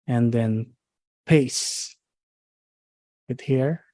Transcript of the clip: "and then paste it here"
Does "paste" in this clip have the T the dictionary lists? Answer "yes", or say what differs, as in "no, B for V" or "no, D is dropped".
no, T is dropped